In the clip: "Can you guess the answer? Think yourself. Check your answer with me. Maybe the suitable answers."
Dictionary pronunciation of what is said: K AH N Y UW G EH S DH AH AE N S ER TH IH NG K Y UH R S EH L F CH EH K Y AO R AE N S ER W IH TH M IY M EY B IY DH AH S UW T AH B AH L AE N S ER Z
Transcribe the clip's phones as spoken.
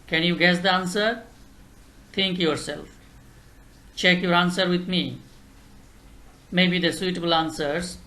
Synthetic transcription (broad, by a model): K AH N Y UW G EH S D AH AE N S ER T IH NG K Y UH R S EH L F CH EH K Y AO R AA N S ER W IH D M IY M EY B IY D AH S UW T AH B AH L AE N S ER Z